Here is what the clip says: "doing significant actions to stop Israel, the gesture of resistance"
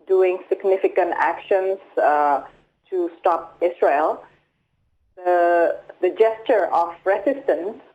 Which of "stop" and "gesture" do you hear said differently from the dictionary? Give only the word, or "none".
none